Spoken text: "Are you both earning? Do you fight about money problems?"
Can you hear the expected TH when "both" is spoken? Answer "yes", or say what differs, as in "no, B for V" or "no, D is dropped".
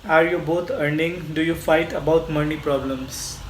no, T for TH